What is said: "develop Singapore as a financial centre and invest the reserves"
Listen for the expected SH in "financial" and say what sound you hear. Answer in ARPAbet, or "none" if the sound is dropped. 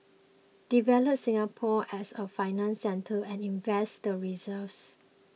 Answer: none